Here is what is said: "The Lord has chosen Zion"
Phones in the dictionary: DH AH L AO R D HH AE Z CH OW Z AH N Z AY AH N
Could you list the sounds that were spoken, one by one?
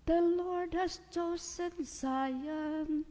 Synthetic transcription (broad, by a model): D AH L AO R D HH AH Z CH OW S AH N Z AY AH N